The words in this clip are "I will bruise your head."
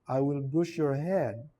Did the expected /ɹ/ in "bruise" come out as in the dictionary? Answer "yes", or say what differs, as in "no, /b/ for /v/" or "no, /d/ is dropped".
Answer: no, /ɹ/ is dropped